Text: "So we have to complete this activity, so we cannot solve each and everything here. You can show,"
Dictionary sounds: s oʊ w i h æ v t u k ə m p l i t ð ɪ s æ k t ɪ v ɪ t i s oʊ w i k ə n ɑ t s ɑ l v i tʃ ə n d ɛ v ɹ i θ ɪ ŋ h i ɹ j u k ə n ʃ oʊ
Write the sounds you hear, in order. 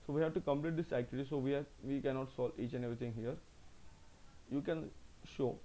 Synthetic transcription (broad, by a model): s oʊ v i h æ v t u k ə m p l i t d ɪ s æ k t ɪ v ɪ t i s oʊ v i k ə n ɑ t s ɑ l i tʃ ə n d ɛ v ɹ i t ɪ ŋ h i ɹ j u k ə n ʃ oʊ